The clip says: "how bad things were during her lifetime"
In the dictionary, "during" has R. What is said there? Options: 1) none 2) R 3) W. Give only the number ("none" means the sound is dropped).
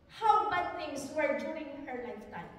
1